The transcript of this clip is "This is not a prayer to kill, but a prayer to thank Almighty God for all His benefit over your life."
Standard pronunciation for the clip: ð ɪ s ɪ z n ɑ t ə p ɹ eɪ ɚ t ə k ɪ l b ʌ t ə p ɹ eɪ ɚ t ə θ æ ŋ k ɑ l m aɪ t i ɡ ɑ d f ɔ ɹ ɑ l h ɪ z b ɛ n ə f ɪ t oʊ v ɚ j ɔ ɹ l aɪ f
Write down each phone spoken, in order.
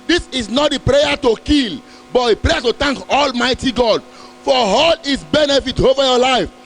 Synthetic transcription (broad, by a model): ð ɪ s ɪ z n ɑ t ə p ɹ eɪ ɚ t ə k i l b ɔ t ə p ɹ eɪ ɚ t ə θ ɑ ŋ k ɑ l m aɪ t i ɡ ɑ d f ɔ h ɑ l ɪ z b ɛ n ə f ɪ t oʊ v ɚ j ɔ l aɪ f